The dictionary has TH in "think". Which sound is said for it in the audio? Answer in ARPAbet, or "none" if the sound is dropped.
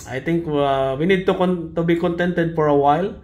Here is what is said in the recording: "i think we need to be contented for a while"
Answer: T